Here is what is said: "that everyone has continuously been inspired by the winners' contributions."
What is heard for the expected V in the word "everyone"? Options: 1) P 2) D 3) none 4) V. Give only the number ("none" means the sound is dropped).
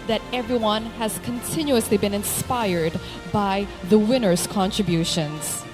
4